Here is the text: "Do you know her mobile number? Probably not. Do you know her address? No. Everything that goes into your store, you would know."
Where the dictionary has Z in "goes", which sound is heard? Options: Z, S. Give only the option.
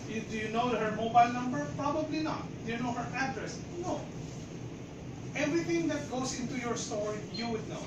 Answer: S